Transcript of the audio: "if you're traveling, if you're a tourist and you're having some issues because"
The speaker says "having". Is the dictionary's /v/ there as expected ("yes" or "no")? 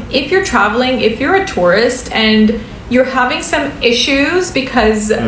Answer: yes